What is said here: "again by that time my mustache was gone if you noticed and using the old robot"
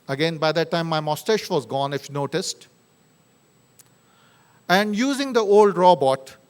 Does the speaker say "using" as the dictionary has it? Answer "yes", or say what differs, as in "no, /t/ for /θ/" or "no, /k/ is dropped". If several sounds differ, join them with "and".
yes